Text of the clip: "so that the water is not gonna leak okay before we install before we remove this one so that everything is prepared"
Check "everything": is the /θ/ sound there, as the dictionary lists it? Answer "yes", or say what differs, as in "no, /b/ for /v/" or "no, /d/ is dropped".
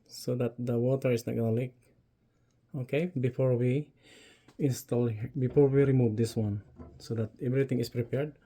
no, /t/ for /θ/